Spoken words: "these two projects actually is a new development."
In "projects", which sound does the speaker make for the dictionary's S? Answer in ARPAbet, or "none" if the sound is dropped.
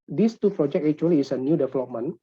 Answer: none